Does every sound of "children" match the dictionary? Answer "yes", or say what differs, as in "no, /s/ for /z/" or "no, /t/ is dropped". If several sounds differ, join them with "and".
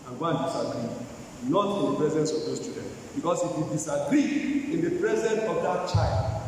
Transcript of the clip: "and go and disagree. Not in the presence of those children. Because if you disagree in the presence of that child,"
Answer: no, /l/ is dropped and /ɹ/ is dropped